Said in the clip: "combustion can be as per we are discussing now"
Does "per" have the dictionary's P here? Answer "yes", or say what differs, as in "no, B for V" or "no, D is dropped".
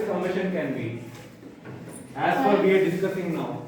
no, F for P